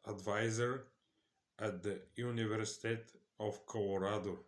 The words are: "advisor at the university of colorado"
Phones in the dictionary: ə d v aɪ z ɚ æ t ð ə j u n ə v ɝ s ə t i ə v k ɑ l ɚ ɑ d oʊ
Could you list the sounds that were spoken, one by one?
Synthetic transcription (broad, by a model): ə d v aɪ z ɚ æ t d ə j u n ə v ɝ s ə t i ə f k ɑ l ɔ ɑ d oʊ